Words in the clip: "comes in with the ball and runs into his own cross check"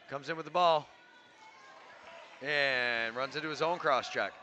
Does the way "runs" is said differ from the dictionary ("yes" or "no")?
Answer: no